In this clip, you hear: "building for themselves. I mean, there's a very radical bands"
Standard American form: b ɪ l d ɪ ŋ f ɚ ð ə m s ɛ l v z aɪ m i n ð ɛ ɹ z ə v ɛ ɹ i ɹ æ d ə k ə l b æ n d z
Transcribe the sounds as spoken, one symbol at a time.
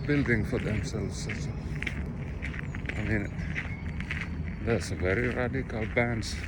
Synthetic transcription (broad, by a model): b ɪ l d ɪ ŋ f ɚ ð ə m s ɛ l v s aɪ m i n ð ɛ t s ə v ɛ ɹ i ɹ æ d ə k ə l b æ n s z